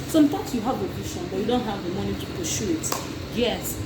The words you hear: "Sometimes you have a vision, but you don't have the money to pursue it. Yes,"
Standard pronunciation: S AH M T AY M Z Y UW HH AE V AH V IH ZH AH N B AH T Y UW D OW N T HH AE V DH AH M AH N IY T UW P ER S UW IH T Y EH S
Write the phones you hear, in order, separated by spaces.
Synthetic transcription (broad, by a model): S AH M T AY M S Y UW HH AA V AH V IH SH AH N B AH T Y UW D OW N T HH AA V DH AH M AH N IY T UW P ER SH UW IH T Y EH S